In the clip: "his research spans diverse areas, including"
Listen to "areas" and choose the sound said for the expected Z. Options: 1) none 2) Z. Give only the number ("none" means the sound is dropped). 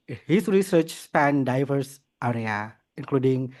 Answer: 1